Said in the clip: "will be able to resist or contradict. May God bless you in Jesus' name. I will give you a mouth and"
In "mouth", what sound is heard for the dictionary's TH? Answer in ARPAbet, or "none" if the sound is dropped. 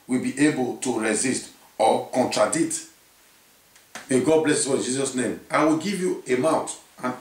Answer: T